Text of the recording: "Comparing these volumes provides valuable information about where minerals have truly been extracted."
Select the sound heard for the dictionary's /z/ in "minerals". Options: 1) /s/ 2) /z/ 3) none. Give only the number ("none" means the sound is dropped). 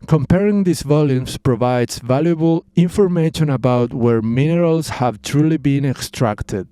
1